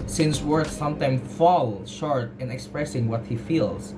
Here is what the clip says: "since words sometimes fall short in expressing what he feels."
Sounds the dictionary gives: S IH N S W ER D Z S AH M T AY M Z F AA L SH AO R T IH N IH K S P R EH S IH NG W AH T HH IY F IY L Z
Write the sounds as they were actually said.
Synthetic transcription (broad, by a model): S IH N S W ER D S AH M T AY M F AA L SH AO R T IH N IH K S P R EH S IH NG W AH T HH IY F IY L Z